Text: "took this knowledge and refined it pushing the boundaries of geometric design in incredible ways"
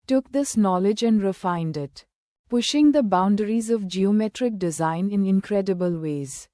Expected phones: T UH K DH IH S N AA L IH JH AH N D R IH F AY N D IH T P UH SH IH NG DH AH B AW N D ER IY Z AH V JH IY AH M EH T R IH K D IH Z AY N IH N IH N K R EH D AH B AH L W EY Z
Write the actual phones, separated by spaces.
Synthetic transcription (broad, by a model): T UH K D IH S N AA L IH JH AH N D R IH F AY N D IH T P UH SH IH NG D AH B AW N D ER IY Z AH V JH IY AH M EH T R IH K D IH Z AY N IH N IH N K R EH D AH B AH L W EY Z